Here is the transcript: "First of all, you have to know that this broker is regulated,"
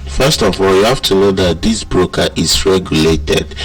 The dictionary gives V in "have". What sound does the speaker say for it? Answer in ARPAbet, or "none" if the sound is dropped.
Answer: F